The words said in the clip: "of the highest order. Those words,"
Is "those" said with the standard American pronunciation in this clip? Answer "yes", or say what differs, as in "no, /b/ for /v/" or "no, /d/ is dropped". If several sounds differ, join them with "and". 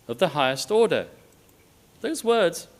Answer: yes